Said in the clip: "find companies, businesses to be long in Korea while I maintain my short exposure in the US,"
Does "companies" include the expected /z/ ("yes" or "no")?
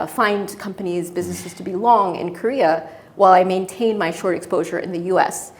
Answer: yes